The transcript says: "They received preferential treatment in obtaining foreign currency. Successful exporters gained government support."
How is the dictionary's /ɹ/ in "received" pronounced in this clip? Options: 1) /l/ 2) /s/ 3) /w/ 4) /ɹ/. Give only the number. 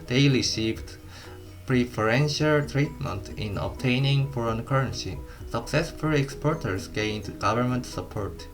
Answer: 1